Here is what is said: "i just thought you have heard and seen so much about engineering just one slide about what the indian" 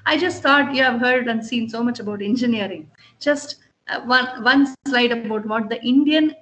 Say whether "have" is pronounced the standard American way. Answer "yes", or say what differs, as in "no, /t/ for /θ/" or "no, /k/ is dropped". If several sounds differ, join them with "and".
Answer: yes